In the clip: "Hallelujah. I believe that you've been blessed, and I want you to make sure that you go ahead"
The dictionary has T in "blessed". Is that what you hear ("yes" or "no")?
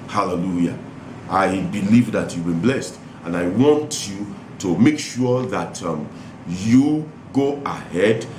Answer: yes